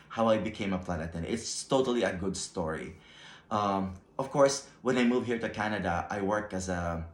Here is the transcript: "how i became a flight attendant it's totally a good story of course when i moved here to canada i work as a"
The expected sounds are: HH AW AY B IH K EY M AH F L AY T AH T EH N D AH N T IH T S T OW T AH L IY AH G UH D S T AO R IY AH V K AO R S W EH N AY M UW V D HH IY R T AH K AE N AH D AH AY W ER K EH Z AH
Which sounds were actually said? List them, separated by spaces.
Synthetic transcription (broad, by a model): HH AW AY B IH K EY M AH P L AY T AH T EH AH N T IH T S T OW T AH L IY AH G UH D S T AO R IY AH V K AO R S W EH N AY M UW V HH IY R T AH K AE N AH D AH AY W ER K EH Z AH